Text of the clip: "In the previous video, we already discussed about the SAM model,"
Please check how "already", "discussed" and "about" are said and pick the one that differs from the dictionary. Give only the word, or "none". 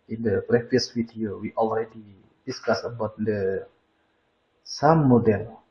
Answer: discussed